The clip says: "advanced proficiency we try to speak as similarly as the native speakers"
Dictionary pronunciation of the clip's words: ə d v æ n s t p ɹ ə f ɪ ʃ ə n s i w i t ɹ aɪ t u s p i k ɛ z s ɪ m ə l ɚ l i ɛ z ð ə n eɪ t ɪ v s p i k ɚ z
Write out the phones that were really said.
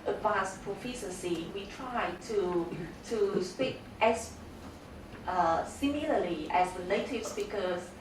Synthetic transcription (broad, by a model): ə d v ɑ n s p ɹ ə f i s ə s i w i t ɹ aɪ t u s p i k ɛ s s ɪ m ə l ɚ l i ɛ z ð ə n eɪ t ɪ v s p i k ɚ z